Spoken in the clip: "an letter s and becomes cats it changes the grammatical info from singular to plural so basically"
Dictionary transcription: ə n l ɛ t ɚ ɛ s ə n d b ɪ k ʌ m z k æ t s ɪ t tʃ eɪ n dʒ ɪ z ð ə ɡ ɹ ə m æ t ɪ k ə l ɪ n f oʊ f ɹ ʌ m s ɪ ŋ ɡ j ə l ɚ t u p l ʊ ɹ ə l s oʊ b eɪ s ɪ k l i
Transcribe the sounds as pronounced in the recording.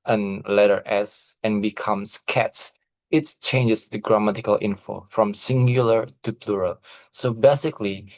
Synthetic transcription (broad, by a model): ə n l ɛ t ɚ ɛ s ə n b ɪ k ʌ m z k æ t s ɪ t tʃ eɪ n dʒ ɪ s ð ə ɡ ɹ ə m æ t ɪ k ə l ɪ n f oʊ f ɹ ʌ m s ɪ ŋ ɡ j ə l ɚ t u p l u ɹ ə l s oʊ b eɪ s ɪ k l i